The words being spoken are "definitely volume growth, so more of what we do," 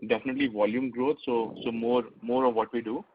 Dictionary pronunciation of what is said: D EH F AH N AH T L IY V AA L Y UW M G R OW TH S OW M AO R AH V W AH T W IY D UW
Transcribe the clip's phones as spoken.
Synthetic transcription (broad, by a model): D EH F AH N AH T L IY V AA L Y UW M G R OW S S OW M AO R AH V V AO T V IY D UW